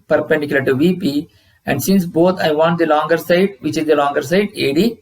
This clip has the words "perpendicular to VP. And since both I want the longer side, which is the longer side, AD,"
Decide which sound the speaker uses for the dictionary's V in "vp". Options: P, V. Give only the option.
V